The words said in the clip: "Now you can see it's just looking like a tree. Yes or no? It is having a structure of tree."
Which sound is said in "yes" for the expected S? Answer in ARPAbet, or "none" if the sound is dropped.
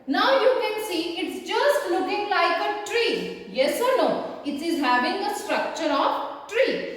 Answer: S